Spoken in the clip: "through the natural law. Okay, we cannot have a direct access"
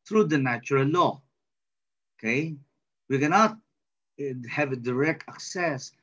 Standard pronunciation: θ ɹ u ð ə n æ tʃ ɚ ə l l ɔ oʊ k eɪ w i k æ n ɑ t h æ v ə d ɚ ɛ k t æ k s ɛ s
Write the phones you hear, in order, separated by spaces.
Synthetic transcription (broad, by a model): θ ɹ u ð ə n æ tʃ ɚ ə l l ɔ oʊ k eɪ w i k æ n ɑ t h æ v ə d ɚ ɛ k t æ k s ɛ s